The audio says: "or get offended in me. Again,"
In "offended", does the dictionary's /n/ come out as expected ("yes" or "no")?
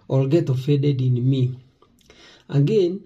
no